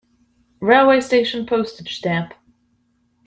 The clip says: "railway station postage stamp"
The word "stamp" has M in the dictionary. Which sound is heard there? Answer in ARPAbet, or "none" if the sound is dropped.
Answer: none